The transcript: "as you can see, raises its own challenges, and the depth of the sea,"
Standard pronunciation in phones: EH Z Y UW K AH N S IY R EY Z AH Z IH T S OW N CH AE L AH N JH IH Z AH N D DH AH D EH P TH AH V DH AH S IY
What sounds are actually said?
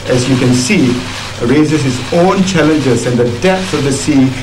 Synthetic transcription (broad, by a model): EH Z Y UW K AH N S IY R EY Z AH S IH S OW N CH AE L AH N JH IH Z AH N D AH D EH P S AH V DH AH S IY